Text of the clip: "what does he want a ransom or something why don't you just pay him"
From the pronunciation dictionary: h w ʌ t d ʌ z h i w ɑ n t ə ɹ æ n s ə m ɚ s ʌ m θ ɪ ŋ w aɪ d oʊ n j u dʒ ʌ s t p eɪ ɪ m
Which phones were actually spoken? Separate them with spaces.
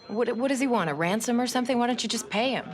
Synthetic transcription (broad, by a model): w w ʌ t d ʌ z i w ɑ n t ə ɹ æ n s ə m ɚ s ʌ m θ ɪ ŋ w aɪ d oʊ n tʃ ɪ dʒ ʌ s p eɪ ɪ m